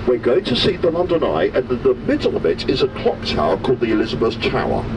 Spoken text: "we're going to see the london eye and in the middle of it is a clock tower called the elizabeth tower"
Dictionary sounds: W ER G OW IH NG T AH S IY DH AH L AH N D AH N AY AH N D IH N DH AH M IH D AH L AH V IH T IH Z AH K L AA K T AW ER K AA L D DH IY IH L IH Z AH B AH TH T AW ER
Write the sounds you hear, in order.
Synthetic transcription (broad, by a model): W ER G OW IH T AH S IY DH AH L AH N D AH N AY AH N IH N DH AH M IH D L AH V IH T IH Z AH K L AA K T AW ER K AA L D DH IY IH L IH Z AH B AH S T AW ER